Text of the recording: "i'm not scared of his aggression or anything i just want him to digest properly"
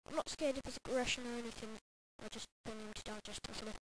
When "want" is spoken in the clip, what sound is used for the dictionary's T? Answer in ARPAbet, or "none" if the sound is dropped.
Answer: none